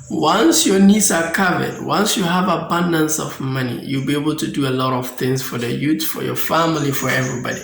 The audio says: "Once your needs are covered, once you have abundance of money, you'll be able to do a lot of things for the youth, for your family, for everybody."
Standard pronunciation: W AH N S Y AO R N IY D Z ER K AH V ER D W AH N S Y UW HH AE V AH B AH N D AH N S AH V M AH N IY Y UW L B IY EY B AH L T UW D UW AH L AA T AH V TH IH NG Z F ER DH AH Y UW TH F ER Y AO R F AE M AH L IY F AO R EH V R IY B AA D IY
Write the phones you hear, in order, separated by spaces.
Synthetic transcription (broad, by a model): W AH N S Y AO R N IY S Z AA K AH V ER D W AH N S Y UW HH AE V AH B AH N D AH N S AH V M AH N IY Y UW L B IY EY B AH L T UW D UW AH L AA T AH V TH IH NG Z F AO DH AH Y UW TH F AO Y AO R F AE M AH L IY F AO R EH V R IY B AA D IY